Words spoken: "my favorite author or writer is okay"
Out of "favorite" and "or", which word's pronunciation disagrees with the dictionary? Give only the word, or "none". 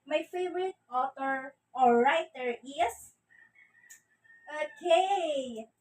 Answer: or